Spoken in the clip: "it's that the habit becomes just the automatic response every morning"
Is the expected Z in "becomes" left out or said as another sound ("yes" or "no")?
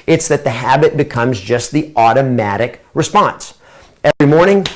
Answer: no